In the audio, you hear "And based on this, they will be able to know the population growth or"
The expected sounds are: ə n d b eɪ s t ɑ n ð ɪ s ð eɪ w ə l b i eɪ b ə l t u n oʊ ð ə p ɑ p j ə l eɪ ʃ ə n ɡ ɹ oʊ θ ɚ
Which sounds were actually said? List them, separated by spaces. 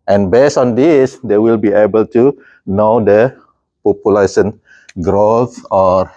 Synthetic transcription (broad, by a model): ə n b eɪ s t ɑ n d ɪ s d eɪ w ə l b i eɪ b ə l t u n oʊ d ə p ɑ p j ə l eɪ s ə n ɡ ɹ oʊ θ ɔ